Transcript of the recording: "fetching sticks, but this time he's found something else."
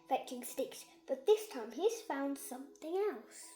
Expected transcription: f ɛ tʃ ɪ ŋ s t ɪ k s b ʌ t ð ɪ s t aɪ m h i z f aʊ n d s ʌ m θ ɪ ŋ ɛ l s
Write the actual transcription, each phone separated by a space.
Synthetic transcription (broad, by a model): f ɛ tʃ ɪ ŋ s t ɪ k s b ʌ t ð ɪ s t aɪ m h i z f aʊ n d s ʌ m θ ɪ ŋ ɛ l s